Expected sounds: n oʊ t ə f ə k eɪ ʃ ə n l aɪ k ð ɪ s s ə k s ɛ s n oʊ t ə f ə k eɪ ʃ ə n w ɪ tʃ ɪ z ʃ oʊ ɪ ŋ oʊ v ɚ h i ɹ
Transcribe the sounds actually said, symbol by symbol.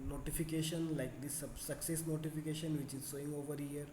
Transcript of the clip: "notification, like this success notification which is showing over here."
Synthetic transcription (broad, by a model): n oʊ t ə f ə k eɪ ʃ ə n l aɪ k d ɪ s s ə k s ɛ s n oʊ t ə f ə k eɪ ʃ ə n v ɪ tʃ ɪ z s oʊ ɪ ŋ oʊ v ɚ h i ɹ